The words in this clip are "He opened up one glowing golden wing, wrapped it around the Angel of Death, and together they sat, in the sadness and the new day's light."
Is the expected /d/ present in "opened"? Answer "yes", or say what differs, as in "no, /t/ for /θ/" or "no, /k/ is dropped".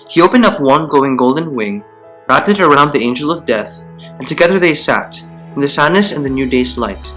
yes